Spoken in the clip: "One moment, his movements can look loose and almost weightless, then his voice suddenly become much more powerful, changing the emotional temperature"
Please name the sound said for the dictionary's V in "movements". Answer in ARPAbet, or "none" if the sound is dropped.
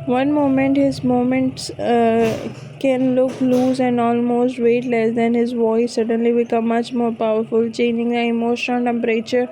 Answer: none